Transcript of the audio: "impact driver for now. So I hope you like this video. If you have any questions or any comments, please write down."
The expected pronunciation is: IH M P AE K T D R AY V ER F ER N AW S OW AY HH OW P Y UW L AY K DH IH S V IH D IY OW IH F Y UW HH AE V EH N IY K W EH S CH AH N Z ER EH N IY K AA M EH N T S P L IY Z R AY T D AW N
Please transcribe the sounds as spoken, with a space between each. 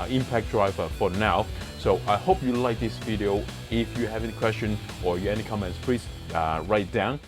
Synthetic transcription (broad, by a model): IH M P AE K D R AY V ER F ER N AW S OW AY HH OW P Y UW L AY K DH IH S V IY D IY OW IH F Y UW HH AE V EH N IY K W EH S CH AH N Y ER EH N IY K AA M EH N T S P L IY S R AY T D AW N